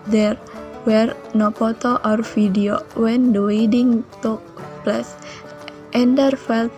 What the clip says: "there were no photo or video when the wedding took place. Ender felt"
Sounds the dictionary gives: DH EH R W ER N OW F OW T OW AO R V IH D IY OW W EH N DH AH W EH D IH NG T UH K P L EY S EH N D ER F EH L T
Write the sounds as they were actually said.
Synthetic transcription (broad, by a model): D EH R W ER N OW P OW T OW AO R F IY D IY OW W EH N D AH W EH D IH NG T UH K P L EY S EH N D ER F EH L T